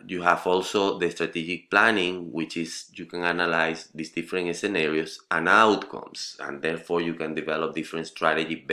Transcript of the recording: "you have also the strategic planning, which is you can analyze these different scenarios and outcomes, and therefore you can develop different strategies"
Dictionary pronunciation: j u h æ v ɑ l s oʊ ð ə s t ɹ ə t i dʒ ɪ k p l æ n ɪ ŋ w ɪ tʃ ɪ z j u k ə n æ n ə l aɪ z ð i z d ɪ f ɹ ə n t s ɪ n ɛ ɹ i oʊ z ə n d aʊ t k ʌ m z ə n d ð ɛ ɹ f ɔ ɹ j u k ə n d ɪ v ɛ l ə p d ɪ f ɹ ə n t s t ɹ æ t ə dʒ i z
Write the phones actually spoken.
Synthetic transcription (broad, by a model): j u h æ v ɑ l s oʊ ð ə s t ɹ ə t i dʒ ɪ k p l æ n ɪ ŋ w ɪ tʃ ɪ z j u k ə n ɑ n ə l aɪ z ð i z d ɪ f ɹ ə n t s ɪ n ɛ ɹ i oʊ s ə n aʊ t k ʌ m s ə n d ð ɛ ɹ f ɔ ɹ j u k ə n d ɪ v ɛ l ə p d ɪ f ɹ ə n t s t ɹ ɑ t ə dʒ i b